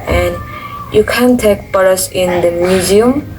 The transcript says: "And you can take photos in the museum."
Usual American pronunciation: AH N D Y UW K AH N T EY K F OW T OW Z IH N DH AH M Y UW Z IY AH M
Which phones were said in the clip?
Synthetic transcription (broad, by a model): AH N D Y UW K AH N T EY K P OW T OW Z IH N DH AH M Y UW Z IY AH M